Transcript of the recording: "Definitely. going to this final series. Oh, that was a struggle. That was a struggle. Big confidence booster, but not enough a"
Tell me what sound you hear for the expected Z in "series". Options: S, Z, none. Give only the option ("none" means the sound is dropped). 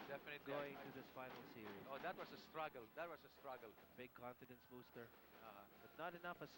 none